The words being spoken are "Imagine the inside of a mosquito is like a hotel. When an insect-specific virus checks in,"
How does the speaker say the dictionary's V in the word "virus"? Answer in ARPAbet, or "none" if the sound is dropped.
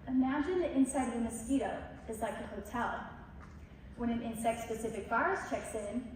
B